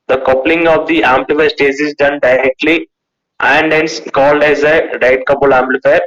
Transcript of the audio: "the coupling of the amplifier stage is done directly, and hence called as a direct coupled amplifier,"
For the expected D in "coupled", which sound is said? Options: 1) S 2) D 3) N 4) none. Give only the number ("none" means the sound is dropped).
4